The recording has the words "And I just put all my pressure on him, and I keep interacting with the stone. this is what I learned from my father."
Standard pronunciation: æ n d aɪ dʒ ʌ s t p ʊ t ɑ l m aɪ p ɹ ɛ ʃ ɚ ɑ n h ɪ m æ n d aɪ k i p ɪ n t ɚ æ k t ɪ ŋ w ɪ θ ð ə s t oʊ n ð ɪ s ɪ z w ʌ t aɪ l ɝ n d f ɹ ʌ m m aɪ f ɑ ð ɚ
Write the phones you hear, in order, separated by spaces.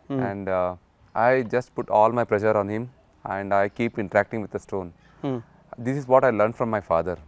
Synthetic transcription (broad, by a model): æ n d aɪ dʒ ʌ s t p ʊ t ɑ l m aɪ p l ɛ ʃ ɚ ɑ n h ɪ m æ n d aɪ k i p ɪ n t ɚ æ k t ɪ ŋ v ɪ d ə s t oʊ n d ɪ s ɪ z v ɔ t aɪ l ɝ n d f ɹ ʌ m m aɪ f ɑ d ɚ